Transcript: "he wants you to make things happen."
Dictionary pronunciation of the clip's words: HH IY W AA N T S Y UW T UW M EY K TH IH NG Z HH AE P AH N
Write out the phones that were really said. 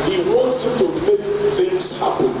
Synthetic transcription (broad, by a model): HH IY W AA N T S Y UW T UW M EY K F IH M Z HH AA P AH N